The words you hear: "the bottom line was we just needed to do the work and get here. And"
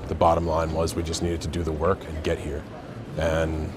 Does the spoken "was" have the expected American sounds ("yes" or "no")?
yes